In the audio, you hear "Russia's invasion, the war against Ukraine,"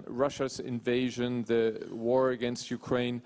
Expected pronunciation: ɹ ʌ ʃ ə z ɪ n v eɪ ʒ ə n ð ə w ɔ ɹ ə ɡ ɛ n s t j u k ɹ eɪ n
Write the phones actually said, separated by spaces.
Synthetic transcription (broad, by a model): ɹ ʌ ʃ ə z ɪ n v eɪ ʒ ə n ð ə w ɔ ɹ ə ɡ ɛ n s t j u k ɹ eɪ n